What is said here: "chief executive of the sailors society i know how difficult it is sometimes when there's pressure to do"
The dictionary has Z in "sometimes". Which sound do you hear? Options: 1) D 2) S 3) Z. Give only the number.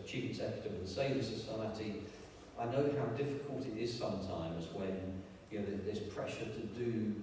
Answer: 3